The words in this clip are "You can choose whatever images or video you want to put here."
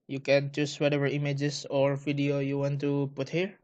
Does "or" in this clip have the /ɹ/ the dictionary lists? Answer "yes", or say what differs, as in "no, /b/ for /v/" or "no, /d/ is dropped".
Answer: yes